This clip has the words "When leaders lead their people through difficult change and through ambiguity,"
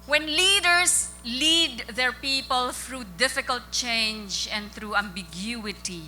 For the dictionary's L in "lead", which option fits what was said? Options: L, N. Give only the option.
L